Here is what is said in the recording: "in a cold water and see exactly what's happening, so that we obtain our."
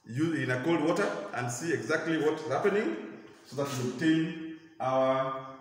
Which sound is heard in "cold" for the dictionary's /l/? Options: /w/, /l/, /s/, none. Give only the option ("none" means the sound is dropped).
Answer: /l/